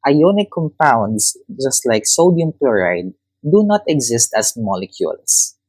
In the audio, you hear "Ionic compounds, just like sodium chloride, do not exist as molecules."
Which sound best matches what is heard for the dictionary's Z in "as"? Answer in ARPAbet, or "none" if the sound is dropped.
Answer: S